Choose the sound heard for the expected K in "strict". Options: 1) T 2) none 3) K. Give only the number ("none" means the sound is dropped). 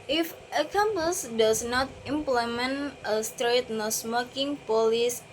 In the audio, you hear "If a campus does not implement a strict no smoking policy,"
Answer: 2